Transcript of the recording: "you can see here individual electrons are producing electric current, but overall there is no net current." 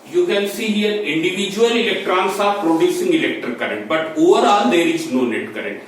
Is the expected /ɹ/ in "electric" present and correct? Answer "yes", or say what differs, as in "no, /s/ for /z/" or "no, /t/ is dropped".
no, /ɹ/ is dropped